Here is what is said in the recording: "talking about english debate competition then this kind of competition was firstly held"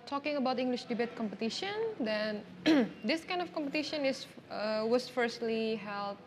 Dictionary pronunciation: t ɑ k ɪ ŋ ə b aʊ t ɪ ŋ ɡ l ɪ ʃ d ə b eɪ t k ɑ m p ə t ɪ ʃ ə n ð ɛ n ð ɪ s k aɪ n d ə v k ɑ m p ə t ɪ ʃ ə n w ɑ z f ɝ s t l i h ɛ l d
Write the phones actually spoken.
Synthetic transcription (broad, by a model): t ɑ k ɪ ŋ ə b aʊ t ɪ ŋ ɡ l ɪ ʃ d ə b eɪ t k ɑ m p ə t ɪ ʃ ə n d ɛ n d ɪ s k aɪ n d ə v k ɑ m p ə t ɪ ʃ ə n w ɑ s f ɝ s t l i h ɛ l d